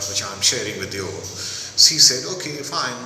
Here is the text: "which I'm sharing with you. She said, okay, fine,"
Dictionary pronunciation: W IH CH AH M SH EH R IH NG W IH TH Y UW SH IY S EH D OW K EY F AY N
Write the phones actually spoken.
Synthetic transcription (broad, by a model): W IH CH AH M SH EH R IH NG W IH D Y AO S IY S EH D OW K EY F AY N